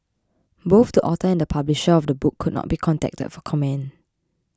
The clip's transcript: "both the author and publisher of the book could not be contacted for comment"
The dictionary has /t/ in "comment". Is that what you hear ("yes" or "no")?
no